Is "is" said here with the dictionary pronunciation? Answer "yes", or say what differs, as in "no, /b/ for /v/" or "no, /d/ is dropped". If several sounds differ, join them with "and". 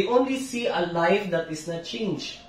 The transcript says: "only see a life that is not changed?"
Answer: no, /s/ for /z/